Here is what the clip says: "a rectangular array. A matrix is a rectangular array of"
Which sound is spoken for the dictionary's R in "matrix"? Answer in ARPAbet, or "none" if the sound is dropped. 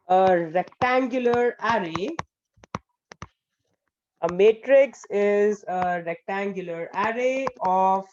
R